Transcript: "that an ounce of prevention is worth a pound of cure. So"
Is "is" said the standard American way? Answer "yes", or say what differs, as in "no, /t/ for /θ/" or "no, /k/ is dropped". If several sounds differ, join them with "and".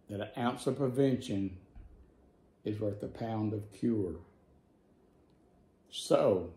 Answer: yes